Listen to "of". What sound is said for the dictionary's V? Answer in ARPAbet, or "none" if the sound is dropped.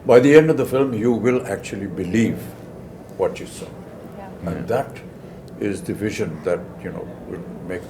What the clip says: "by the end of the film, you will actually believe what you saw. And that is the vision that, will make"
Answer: V